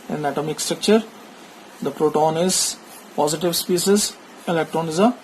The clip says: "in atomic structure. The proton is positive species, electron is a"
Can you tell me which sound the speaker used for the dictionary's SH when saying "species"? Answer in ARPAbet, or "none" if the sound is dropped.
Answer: S